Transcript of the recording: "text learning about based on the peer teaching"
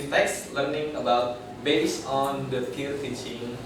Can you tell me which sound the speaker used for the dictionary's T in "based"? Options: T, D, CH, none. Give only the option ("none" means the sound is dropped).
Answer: none